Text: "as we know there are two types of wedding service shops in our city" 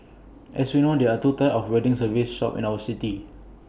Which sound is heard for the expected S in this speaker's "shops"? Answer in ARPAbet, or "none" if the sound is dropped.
none